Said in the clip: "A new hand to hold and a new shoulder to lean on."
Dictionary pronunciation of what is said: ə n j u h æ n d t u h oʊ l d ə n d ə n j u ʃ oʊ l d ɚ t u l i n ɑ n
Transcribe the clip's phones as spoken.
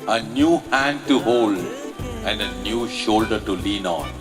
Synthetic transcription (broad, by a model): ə n j u h æ n d t u h oʊ l d ə n d ə n j u ʃ oʊ l d ɚ t u l i n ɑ n